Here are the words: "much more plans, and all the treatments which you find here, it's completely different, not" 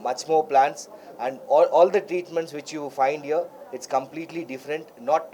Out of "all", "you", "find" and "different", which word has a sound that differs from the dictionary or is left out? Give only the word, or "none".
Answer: none